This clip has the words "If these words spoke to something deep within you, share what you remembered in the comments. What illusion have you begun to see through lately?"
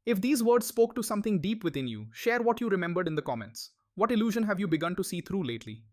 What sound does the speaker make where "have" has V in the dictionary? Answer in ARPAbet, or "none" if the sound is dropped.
V